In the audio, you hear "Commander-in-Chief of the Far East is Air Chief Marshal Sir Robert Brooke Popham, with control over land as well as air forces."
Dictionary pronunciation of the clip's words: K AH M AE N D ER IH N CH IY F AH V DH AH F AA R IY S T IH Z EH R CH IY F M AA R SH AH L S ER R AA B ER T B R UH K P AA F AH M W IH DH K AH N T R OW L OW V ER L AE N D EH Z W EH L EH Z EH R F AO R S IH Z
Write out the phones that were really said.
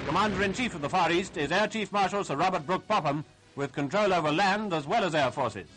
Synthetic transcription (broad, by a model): K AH M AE N D ER IH N CH IY F AH V DH AH F AA R IY S T IH Z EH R CH IY F M AA R SH L S ER R AA B ER T B R UH K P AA P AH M W IH DH K AH N T R OW L OW V ER L AE N D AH Z W EH L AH Z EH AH F AO R S IH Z